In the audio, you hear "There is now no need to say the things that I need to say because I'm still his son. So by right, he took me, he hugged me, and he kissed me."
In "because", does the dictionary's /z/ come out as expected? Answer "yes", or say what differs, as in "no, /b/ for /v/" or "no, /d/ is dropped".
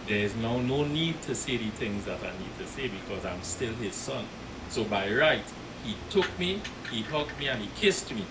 yes